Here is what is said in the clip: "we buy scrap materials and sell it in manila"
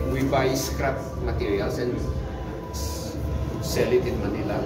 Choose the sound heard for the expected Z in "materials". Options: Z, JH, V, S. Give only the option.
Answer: S